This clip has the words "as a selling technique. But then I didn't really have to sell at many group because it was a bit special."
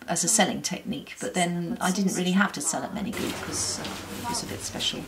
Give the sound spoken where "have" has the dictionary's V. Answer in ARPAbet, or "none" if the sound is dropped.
F